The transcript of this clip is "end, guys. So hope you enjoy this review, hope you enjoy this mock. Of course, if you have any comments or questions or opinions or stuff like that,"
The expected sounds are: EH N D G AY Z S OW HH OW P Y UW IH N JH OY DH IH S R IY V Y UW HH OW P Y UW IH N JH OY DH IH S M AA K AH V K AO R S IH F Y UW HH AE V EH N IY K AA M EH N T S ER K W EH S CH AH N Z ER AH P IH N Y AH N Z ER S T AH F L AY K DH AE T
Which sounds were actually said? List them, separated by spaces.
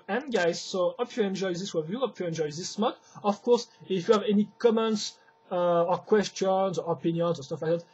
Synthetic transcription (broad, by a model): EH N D G AY Z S OW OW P Y UW IH N JH OY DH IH S W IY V Y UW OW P Y UW IH N JH OY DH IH S M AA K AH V K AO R S IH F Y UW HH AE V EH N IY K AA M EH N T S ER K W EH S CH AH N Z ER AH P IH N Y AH N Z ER S T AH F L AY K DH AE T